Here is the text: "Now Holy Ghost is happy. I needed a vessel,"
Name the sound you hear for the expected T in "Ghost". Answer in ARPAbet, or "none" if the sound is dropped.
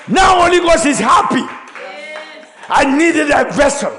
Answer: none